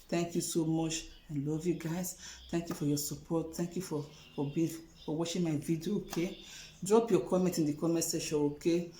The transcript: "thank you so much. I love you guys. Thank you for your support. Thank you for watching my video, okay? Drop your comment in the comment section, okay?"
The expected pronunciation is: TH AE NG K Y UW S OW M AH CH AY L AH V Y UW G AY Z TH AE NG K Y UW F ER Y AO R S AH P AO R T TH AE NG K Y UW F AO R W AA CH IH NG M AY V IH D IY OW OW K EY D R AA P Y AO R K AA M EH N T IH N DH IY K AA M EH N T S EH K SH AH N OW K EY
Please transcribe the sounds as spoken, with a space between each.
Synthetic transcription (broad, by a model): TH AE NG K Y UW S OW M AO CH AY L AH V Y UW G AY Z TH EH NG K Y UW F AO Y AO S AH P AO T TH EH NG K Y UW F AO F W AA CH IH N M AY V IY D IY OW OW K EY D R AA P Y AO K AA M EH N T IH N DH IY K AA M EH N T S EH SH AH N OW K EY